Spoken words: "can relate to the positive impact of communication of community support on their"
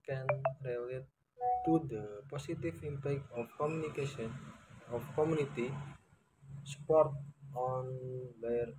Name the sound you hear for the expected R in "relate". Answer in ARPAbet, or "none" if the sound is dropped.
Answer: R